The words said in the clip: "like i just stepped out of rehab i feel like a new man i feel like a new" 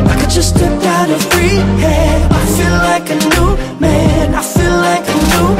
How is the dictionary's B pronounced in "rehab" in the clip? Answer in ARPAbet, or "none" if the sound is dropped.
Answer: none